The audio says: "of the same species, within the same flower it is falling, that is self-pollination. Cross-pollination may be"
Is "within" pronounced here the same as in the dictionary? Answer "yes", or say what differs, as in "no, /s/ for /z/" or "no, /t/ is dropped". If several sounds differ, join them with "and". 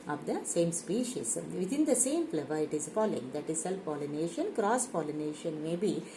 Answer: no, /t/ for /θ/